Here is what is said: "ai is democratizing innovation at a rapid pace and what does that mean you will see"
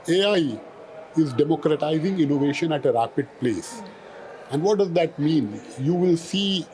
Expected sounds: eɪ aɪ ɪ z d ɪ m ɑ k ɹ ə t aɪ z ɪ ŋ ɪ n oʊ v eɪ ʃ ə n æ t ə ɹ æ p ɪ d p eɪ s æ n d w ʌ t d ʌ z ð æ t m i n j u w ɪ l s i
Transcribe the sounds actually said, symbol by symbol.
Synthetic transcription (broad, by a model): eɪ aɪ ɪ z d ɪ m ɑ k ɹ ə t aɪ z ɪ ŋ ɪ n oʊ v eɪ ʃ ə n æ t ə ɹ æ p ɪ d p eɪ s æ n d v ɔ t d ʌ z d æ t m i n j u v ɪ l s i